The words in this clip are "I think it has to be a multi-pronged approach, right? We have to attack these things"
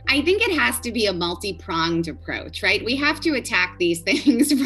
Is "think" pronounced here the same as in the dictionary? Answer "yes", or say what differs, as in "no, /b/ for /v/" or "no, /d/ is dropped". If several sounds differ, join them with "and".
yes